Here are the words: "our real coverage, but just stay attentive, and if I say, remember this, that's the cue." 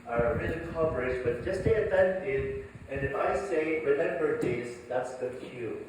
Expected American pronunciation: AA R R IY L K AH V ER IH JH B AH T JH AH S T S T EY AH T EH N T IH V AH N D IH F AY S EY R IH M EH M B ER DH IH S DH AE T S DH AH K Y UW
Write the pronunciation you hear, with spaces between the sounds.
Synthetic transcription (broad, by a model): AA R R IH N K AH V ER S B AH T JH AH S S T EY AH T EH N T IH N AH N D IH F AY S EY R IH M EH M B ER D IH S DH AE T S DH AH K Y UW